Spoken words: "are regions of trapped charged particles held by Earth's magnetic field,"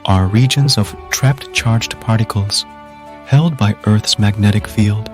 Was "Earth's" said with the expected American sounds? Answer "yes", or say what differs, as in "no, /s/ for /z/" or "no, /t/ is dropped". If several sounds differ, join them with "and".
yes